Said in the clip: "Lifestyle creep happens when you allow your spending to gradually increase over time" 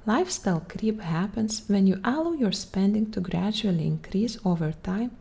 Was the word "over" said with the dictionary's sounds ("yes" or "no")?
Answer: yes